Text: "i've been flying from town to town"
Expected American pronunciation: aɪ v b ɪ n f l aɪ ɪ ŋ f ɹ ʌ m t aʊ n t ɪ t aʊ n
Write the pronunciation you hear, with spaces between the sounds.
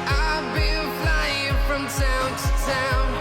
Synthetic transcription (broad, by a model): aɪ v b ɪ l f l aɪ ɪ ŋ f ɹ ʌ m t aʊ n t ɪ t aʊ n